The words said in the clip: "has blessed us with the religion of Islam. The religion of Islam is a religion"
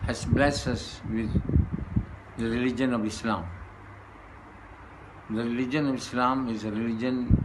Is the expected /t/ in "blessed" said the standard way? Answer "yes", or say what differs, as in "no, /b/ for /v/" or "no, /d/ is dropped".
no, /t/ is dropped